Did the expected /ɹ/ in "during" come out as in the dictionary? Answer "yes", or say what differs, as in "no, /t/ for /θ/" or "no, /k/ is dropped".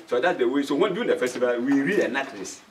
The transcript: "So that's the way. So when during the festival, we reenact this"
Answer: no, /ɹ/ is dropped